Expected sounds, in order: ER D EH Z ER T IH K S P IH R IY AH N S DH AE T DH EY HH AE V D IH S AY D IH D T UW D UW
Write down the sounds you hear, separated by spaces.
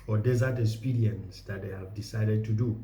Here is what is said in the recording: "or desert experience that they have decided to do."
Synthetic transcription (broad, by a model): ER D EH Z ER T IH K S P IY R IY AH N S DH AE T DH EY HH AE V D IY S AY D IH D T UW D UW